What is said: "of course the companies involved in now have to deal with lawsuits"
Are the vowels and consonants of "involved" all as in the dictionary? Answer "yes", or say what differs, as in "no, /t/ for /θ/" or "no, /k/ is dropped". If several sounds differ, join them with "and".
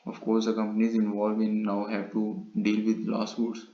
no, /d/ is dropped